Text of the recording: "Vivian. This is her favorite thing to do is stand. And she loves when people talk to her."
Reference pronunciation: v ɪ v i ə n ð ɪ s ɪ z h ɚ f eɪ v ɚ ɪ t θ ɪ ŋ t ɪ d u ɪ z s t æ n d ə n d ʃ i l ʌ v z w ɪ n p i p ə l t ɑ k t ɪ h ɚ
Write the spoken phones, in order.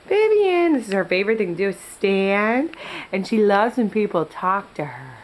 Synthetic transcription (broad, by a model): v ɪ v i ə n ð ɪ s ɪ z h ɚ f eɪ v ɚ ɪ t θ ɪ ŋ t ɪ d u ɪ s t æ n d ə n ʃ i l ʌ v z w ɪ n p i p l t ɑ k t ɪ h ɚ